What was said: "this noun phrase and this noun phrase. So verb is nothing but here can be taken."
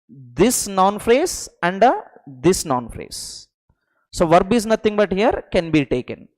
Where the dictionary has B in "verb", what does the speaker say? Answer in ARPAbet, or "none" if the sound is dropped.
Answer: B